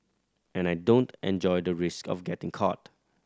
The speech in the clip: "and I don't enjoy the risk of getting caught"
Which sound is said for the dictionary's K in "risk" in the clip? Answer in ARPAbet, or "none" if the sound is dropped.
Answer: K